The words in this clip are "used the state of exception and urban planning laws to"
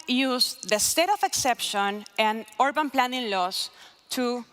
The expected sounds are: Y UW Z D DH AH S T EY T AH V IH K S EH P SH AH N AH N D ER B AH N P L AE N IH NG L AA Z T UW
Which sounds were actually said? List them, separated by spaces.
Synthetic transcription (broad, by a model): Y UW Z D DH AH S T EY T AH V IH K S EH P SH AH N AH N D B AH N P L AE N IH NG L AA S T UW